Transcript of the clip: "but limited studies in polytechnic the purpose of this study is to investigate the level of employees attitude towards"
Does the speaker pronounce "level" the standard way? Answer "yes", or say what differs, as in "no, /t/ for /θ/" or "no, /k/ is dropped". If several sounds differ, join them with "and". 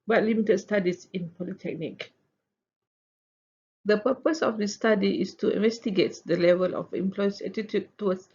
yes